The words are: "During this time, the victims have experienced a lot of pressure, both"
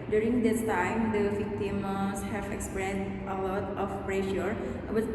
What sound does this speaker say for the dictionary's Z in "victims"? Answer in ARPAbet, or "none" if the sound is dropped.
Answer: S